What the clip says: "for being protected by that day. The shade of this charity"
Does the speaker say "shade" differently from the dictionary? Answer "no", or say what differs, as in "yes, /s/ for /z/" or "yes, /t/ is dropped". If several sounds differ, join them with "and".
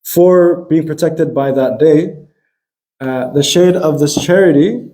no